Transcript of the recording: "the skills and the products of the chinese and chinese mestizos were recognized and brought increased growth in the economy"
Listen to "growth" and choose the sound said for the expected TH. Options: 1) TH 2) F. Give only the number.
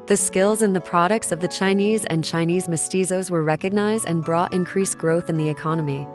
1